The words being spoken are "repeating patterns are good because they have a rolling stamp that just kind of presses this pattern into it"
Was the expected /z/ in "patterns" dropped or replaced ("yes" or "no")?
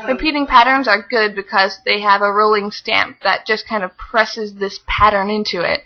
no